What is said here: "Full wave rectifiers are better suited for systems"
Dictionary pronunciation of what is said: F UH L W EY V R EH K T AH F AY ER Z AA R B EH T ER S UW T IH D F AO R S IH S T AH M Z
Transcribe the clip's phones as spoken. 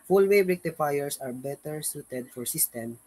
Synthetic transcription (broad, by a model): F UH L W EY B R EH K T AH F AY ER S AA R B EH T ER S UW T IH D F AO R S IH S T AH M